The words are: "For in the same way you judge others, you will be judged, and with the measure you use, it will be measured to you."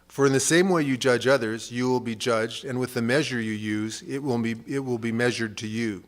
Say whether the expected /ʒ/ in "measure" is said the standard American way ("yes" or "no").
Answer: yes